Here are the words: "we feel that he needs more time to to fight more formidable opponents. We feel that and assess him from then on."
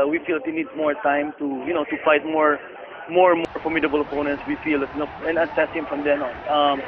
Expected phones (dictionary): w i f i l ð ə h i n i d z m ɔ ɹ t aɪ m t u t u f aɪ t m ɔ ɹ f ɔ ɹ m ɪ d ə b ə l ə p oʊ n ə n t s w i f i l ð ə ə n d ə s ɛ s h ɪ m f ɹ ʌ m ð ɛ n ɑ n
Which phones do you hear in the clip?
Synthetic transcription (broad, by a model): w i f i l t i n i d m ɔ ɹ t aɪ m t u t u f aɪ t m ɔ ɹ f ɔ ɹ m ɪ d ə b ə l ə p oʊ n ə n t s w i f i l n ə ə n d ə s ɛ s h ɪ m f ɹ ʌ m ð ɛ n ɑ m